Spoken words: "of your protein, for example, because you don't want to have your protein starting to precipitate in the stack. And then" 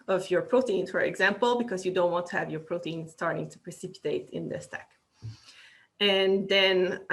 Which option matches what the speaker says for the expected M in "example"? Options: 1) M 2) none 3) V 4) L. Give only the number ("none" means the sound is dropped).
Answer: 1